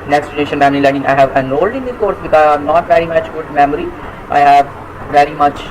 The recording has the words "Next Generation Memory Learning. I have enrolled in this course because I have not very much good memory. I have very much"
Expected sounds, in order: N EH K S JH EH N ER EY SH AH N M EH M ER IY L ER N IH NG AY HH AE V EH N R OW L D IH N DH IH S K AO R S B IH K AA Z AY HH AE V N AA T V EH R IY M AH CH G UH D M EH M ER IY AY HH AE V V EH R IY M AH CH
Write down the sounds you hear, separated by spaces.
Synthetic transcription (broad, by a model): N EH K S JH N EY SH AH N M EH M ER IY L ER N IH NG AY HH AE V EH N OW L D IH N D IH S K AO R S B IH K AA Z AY N AA T V EH R IY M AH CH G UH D M EH M ER IY AY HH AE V V EH R IY M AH CH